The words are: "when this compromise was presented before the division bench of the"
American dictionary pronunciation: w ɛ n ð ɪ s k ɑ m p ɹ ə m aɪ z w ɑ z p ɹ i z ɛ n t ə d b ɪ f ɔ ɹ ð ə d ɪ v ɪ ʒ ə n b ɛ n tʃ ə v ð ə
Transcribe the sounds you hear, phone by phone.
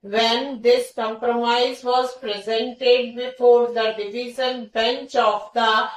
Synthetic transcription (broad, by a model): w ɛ n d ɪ s k ɑ m p ɹ ə m aɪ z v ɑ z p ɹ i z ɛ n t ə d b ɪ f ɔ ɹ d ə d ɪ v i z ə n b ɛ n tʃ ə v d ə